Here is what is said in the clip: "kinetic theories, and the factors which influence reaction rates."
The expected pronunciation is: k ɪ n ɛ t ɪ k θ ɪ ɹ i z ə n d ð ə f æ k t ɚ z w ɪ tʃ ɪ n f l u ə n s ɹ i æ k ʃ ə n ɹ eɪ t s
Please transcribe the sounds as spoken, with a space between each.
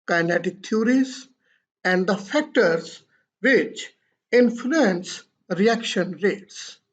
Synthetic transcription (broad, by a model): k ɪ n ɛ t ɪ k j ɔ ɹ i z ə n d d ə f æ k t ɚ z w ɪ tʃ ɪ n f l u ə n s ɹ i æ k ʃ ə n ɹ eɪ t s